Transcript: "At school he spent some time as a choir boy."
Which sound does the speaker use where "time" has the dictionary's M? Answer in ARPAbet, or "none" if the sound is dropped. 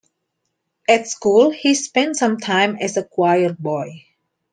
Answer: M